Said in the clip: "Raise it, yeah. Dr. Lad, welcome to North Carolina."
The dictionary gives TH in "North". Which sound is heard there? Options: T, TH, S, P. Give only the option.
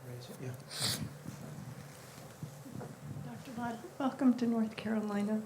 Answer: TH